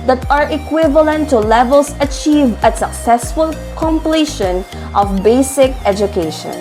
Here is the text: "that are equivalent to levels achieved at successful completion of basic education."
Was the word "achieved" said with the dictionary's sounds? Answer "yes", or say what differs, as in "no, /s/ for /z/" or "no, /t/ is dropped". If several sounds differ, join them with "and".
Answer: no, /d/ is dropped